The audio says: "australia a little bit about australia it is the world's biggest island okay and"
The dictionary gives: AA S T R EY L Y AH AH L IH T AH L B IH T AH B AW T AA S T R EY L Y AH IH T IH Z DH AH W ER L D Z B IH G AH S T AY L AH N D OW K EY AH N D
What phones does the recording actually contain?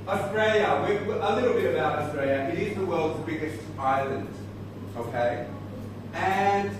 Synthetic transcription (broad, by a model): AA S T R EY L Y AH AH L IH T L B IH T AH B AW T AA S T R EY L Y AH IH T IH Z DH AH W ER L D Z B IH G AH S T AY L AH N D OW K EY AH N